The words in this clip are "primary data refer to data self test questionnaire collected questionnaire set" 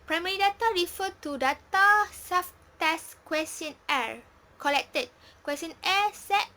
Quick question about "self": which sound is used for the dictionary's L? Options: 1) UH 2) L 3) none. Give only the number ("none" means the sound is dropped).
3